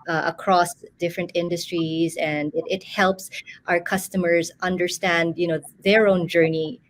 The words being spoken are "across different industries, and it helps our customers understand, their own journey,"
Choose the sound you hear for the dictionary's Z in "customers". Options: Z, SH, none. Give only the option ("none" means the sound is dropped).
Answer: Z